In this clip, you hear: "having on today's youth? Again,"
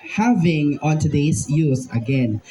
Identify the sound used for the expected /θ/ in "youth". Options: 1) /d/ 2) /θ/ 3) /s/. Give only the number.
3